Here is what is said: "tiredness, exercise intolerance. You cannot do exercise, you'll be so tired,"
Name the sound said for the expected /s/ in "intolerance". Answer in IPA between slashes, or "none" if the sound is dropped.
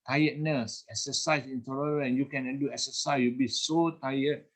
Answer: none